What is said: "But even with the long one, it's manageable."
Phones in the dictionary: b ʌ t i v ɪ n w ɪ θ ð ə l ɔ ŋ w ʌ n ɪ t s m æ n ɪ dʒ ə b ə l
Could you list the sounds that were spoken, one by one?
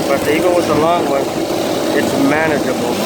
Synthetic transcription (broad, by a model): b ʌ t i ɪ l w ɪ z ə l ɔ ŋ w ʌ n ɪ t s m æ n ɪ dʒ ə b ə l